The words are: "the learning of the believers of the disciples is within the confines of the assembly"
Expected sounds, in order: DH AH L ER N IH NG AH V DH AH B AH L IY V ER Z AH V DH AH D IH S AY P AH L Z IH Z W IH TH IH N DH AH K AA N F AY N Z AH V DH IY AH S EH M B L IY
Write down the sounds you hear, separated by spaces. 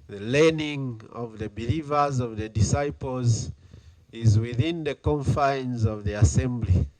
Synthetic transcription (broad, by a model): DH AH L ER N IH NG AH V DH AH B AH L IY V ER Z AH V DH AH D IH S AY P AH L Z IH Z W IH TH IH N DH AH K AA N F AY N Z AH V DH IY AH S EH M B L IY